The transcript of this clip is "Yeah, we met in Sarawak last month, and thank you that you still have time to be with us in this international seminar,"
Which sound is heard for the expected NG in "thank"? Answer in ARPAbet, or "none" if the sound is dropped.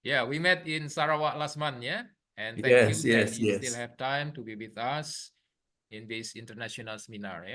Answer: none